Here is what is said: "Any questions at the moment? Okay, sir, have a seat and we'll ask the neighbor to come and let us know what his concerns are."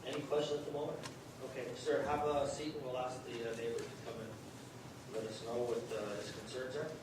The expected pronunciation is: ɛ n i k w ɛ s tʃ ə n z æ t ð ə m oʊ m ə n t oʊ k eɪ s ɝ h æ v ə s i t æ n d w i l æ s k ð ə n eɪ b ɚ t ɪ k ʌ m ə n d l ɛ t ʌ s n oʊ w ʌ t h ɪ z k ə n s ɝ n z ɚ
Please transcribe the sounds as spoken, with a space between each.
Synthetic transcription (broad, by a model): ɛ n i k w ɛ s tʃ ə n ʌ t ð ə m oʊ m ə n t oʊ k eɪ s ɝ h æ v ə s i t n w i l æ s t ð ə n eɪ b ɚ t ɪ k ʌ m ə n l ɛ t ʌ s n oʊ w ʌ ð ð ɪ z k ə n s ɝ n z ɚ